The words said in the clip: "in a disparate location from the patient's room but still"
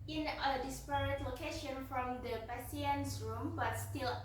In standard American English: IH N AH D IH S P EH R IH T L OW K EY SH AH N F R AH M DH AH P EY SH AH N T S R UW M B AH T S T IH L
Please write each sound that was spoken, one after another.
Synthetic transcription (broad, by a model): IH N AH D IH S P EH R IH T L OW K EY SH AH N F R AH M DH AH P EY S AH N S R UW M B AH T S T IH L